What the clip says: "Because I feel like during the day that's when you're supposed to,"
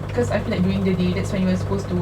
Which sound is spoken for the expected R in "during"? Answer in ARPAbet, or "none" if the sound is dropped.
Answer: none